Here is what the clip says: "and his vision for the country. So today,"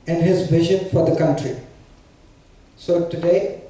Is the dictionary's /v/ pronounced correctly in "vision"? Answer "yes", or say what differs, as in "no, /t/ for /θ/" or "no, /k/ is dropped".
no, /b/ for /v/